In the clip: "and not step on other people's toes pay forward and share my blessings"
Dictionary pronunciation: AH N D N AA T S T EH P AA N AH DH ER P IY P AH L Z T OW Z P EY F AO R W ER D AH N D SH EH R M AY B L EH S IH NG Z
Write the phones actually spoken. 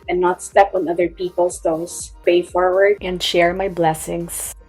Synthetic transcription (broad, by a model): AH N N AA T S T EH P AA N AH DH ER P IY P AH L S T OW S P EY F AO R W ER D AH N D SH EH R M AY B L EH S IH NG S